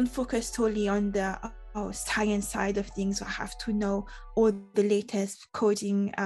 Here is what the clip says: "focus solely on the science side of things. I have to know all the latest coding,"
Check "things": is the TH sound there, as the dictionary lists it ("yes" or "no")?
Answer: yes